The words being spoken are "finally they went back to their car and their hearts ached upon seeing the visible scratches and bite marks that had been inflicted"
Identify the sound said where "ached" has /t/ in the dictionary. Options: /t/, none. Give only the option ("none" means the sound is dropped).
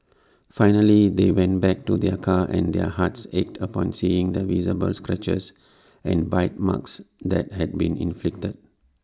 /t/